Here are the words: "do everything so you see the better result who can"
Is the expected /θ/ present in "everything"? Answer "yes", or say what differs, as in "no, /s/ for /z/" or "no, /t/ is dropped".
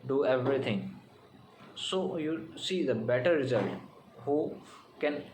no, /t/ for /θ/